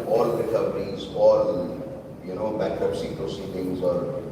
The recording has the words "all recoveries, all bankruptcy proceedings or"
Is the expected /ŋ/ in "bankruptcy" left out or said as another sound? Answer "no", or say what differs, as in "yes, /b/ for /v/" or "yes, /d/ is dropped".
yes, /ŋ/ is dropped